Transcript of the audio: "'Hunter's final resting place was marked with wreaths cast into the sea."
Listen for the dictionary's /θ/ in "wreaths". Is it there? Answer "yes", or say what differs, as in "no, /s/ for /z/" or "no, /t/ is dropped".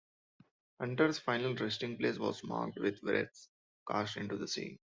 no, /t/ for /θ/